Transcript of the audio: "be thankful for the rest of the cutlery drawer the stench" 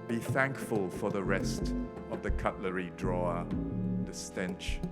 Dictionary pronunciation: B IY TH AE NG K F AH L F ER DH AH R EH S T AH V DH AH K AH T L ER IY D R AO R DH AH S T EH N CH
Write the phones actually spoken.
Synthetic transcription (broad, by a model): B IY TH AE NG K F AH L F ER DH AH R EH S T AH V DH AH K AH T L ER IY D R AO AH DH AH S T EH N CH